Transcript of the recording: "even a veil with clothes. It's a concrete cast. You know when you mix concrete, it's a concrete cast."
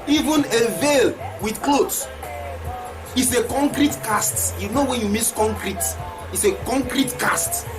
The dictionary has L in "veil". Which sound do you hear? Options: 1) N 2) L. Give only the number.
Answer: 2